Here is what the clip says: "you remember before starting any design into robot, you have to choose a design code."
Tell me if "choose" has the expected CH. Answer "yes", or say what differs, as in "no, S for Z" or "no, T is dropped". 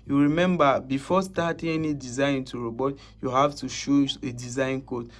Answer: no, SH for CH